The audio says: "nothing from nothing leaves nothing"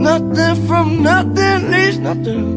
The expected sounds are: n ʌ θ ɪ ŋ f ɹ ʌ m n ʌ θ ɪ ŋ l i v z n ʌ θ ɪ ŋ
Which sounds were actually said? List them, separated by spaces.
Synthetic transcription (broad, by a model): n ʌ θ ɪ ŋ f ɹ ʌ m n ʌ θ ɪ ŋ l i z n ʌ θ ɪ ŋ